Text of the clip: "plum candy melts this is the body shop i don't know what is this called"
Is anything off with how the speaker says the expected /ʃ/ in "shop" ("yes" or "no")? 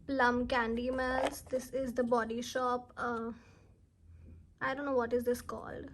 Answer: no